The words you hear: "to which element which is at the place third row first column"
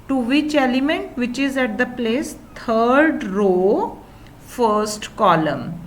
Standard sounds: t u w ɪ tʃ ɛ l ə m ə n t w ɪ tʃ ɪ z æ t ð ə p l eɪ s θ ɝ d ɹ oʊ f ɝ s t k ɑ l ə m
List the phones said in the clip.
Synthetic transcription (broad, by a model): t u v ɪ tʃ ɛ l ə m ə n t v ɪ tʃ ɪ z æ t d ə p l eɪ s t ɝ d ɹ oʊ f ɝ s t k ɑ l ə m